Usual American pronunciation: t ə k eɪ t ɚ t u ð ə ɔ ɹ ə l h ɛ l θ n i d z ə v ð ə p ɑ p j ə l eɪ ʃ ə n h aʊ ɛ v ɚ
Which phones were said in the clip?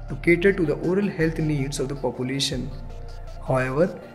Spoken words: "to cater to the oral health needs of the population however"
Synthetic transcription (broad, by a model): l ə k eɪ t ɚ t u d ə ɔ ɹ ə l h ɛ l t n i d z ə v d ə p ɑ p j ə l eɪ ʃ ə n h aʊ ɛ v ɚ